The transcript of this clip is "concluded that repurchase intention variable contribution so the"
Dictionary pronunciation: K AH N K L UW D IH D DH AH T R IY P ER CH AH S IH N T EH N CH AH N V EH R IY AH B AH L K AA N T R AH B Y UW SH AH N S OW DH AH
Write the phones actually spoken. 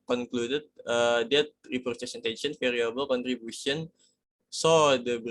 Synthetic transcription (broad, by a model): K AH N K L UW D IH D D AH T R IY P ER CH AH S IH N T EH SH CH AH N F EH R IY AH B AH L K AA N T R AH B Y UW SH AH N S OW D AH